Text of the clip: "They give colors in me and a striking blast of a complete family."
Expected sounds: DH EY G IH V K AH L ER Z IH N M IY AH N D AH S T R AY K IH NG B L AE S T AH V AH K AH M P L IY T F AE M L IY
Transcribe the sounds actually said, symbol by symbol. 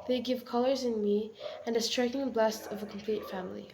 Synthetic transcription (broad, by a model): DH EY G IH V K AH L ER Z IH N M IY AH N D AH S T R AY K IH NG B L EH S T AH V AH K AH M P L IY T F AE M L IY